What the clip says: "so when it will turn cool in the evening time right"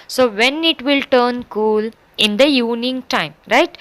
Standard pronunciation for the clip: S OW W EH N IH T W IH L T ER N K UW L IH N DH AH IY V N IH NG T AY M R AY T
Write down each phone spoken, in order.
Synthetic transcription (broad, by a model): S OW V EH N IH T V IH L T ER N K UW L IH N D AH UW N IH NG T AY M R AY T